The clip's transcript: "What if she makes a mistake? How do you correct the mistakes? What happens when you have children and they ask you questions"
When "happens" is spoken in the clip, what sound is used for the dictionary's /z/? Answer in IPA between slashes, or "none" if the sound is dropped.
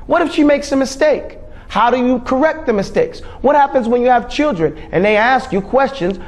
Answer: /z/